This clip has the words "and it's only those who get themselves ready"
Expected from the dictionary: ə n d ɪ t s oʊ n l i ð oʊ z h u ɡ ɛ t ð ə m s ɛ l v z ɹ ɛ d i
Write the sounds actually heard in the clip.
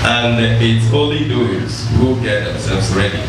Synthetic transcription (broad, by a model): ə n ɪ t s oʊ l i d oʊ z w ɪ ɡ ɛ t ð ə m s ɛ l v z ɹ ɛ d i